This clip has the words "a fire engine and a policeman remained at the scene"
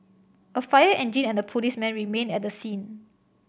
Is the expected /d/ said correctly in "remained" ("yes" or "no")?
no